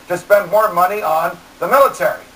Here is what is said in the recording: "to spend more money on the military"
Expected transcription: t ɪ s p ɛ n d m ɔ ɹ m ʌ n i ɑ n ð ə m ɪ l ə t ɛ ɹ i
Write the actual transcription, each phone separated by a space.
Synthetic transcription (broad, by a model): t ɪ s p ɛ n d m ɔ ɹ m ʌ n i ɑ n ð ə m ɪ l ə t ɛ ɹ i